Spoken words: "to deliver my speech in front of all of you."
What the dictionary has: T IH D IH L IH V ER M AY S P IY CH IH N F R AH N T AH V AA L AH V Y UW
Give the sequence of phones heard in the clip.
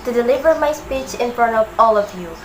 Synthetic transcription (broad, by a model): T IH D IH L IH V ER M AY S P IY CH IH N F R AH N T AH V AA L AH V Y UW